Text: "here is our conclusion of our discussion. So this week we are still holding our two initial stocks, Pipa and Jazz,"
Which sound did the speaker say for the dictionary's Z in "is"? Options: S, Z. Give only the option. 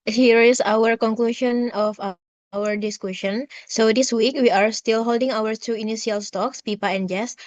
S